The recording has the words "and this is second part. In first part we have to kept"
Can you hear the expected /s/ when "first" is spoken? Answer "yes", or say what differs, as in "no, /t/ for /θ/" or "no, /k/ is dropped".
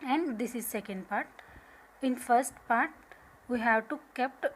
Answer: yes